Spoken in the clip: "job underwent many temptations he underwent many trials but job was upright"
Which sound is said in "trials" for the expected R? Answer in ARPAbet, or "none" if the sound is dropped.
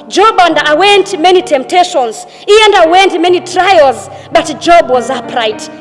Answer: R